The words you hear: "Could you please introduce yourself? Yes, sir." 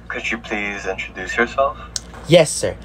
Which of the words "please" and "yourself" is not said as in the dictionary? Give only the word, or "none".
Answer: none